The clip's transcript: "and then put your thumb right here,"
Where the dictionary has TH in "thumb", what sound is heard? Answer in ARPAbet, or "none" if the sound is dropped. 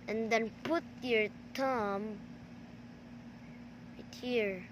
T